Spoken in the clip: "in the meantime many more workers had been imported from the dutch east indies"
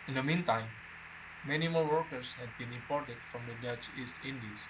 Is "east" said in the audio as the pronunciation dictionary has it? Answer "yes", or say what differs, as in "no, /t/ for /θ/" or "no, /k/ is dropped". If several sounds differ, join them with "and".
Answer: yes